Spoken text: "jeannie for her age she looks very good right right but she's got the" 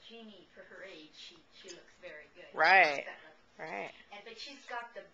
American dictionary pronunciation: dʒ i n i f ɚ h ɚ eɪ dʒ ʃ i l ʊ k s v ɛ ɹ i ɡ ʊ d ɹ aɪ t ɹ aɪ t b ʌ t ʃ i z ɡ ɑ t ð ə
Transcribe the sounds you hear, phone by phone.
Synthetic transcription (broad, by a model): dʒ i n i f ɚ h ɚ eɪ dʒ ʃ i l ʊ k s v ɛ ɹ i ɡ ʊ d ɹ aɪ t ɹ aɪ t b ʌ t ʃ i z ɡ ɑ t ð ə